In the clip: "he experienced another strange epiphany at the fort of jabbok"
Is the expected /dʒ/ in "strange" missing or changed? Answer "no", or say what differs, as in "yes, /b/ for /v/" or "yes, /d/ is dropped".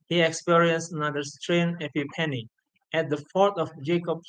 yes, /dʒ/ is dropped